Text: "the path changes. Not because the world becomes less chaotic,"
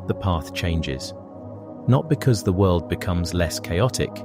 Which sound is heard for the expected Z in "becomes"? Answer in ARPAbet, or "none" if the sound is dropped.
Z